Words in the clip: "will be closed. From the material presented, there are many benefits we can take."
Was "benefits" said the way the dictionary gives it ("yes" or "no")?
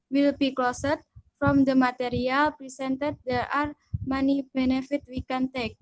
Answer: no